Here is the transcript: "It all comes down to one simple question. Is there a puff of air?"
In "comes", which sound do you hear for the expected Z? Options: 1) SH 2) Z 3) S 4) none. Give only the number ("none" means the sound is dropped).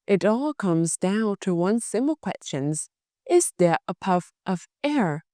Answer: 2